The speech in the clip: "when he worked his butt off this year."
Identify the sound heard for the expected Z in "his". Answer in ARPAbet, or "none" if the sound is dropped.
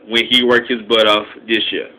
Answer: Z